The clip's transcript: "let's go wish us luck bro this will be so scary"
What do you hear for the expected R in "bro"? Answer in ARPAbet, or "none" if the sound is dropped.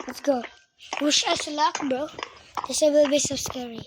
none